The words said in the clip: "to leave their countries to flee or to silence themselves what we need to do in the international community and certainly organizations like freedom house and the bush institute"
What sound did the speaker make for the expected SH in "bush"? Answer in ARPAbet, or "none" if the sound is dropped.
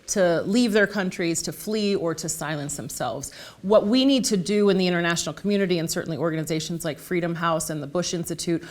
SH